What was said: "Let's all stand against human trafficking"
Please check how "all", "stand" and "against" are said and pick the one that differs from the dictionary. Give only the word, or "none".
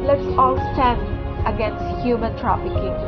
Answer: none